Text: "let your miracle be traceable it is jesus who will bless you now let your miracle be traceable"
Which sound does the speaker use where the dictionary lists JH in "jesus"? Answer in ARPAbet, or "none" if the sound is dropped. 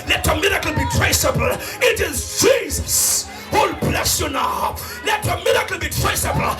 JH